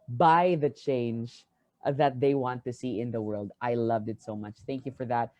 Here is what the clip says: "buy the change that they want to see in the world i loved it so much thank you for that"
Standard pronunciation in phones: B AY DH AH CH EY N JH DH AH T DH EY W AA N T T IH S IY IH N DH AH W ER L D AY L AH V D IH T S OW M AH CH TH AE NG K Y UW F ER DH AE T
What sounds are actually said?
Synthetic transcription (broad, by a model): B AY DH AH CH EY N JH DH AH T DH EY W AA N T T IH S IY IH N DH AH W ER L D AY L AH V D IH T S OW M AH CH TH AE NG K Y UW F ER DH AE T